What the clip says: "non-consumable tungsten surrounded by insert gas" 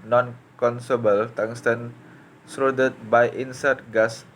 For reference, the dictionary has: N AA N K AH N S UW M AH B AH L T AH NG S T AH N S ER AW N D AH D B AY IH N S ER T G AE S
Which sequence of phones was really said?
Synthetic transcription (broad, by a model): N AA N K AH N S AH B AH L T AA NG S T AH N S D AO D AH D B AY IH N S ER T G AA S